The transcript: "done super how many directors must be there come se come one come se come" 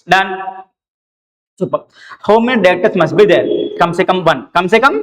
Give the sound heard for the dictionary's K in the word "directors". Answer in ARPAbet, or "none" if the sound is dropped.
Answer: none